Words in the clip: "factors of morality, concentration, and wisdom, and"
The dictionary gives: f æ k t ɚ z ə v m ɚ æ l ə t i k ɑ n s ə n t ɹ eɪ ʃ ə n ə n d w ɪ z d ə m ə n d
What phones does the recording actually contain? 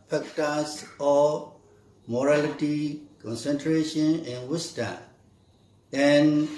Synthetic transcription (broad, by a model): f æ k t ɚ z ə m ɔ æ l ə t i k ɑ n s ə n t ɹ eɪ ʃ ə n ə n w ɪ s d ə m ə n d